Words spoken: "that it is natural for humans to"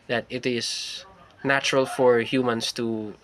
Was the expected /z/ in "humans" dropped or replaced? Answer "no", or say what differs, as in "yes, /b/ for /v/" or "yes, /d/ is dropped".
yes, /s/ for /z/